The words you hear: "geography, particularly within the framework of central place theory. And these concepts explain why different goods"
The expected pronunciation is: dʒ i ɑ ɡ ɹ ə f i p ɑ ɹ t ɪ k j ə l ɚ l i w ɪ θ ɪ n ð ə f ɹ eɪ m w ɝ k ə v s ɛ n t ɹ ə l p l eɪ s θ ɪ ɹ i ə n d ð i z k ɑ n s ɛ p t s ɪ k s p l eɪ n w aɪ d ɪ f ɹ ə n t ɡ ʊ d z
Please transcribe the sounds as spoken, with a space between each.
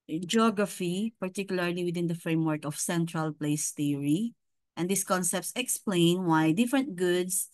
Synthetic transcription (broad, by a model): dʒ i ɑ ɡ ɹ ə f i p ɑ ɹ t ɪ k j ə l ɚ l i w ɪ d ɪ n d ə f ɹ eɪ m w ɝ k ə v s ɛ n t ɹ ə l p l eɪ s t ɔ ɹ i ə n d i s k ɑ n s ɛ p t s ɪ k s p l eɪ n w aɪ d ɪ f ɹ ə n t ɡ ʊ d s